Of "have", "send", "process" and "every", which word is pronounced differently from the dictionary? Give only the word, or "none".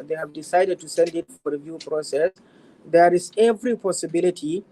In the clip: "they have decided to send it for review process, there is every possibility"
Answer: none